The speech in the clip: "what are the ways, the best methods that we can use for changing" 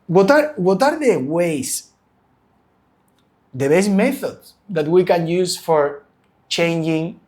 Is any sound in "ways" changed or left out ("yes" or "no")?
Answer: yes